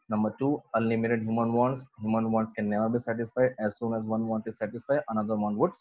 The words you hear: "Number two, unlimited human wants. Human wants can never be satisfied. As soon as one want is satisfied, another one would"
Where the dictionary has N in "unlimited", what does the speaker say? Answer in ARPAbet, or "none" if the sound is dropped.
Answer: none